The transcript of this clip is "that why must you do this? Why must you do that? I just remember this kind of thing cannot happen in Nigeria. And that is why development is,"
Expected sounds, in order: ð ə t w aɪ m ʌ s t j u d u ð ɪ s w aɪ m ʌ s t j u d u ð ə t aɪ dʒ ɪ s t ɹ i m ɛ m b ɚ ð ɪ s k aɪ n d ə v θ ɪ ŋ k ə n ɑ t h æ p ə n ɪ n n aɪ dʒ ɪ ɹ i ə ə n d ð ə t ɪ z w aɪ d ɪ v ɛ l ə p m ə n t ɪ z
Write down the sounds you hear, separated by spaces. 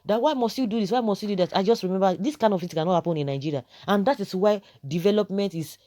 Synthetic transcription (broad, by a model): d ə t w aɪ m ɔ s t j u d u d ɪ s w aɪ m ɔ s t j u d u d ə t aɪ dʒ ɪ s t ɹ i m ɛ m b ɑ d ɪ s k aɪ n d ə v f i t k ə n ɑ t h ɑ p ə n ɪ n n aɪ dʒ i ɹ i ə ə n d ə t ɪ s w aɪ d ɪ v ɛ l ə p m ə n t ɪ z